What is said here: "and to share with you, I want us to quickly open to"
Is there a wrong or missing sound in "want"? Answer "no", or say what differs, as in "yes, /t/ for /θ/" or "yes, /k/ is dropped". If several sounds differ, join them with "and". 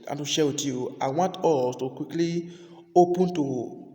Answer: no